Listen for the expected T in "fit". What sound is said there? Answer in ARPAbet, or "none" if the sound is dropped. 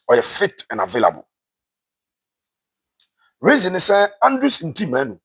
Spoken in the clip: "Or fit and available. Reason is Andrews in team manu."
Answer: T